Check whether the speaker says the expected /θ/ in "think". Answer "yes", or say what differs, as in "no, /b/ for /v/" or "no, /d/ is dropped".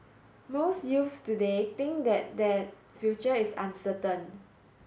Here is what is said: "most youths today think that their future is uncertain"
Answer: no, /t/ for /θ/